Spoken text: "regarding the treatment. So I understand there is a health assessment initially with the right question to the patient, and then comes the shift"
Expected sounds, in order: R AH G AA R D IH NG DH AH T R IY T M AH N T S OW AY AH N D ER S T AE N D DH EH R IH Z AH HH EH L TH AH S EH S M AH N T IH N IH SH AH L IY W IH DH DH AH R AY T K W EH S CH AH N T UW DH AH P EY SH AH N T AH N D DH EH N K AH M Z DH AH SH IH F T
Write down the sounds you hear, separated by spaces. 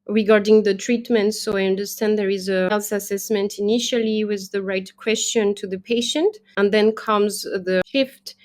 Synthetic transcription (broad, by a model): R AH G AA R D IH NG DH AH T R IY T M AH N T S OW AY AH N D ER S T AE N D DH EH R IH Z AH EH L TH AH S EH S M AH N T IH N IH SH AH L IY W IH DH DH AH R AY T K W EH S CH AH N T UW DH AH P EY SH AH N T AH N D DH EH N K AH M Z DH AH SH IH F T